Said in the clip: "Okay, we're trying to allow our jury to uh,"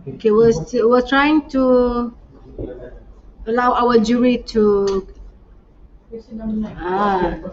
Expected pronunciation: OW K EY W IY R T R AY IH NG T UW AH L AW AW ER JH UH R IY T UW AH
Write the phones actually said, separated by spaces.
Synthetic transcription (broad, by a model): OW K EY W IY W T R AY IH NG T UW AH L AW AW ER JH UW R IY T UW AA